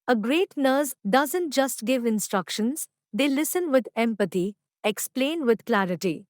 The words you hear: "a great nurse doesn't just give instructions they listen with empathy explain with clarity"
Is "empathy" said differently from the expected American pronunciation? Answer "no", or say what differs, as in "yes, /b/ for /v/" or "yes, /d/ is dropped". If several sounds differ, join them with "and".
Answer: yes, /t/ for /θ/